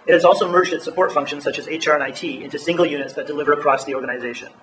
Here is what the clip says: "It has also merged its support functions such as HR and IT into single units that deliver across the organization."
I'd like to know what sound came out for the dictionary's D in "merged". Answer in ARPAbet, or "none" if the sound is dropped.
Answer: D